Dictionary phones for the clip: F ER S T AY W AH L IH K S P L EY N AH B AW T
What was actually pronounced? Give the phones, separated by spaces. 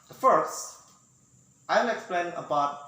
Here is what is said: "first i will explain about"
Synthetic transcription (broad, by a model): F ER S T AY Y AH N IH K S P L EY N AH B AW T